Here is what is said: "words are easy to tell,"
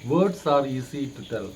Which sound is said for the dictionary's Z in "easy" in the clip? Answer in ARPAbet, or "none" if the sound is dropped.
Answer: S